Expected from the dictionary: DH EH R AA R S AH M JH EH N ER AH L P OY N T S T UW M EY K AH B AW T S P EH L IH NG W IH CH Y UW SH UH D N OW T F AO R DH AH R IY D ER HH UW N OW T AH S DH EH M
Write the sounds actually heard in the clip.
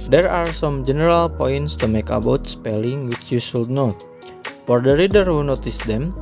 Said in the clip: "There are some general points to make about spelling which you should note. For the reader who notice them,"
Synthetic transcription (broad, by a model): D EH R AA R S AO M JH EH N ER AH L P OY N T S T UW M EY K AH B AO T S P EH L IH NG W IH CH Y UW S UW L N OW T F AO R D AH R IY D ER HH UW N OW T AH S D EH M